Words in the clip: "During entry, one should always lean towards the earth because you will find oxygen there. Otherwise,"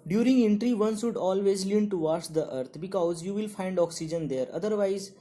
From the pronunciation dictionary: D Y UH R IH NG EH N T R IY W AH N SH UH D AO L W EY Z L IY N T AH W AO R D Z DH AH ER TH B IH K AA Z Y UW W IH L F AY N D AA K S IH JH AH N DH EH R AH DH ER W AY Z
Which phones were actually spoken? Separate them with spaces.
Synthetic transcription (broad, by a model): D Y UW R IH NG EH N T R IY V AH N S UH D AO L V EY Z L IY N T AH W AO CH D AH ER T B IH K AA Z Y UW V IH L F AY N D AA K S IH JH AH N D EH R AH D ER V AY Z